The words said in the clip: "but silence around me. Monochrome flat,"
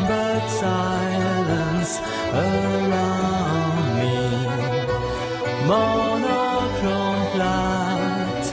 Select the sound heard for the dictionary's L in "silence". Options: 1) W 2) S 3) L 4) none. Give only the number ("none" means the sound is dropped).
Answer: 3